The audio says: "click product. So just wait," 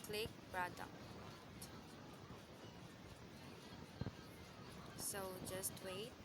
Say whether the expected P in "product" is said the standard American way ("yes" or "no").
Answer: no